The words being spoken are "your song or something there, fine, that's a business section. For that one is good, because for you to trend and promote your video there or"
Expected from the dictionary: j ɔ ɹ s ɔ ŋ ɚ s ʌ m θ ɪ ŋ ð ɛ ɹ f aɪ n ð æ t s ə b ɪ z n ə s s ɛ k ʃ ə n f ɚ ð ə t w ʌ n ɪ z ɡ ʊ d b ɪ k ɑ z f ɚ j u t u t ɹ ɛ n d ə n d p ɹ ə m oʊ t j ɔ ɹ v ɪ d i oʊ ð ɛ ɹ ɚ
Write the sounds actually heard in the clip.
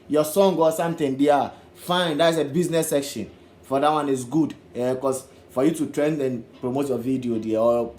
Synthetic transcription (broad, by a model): j ɔ s ɔ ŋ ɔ s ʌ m t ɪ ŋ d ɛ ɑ f aɪ n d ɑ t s ə b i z n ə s s ɛ k ʃ ə n f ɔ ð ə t w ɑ n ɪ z ɡ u d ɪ k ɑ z f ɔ j u t u t ɹ ɛ n d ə n p ɹ ə m oʊ t j ɔ v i d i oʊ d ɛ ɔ